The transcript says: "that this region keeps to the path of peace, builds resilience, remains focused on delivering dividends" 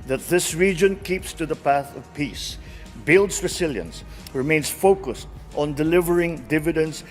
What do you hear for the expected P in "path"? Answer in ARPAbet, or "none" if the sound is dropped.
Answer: P